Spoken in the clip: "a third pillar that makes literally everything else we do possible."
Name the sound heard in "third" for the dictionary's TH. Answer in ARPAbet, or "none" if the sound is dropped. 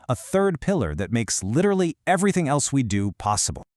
TH